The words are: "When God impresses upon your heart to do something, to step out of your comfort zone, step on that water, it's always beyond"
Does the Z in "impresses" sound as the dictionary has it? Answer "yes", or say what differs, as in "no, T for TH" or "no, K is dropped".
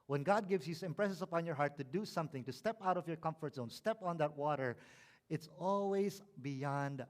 no, S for Z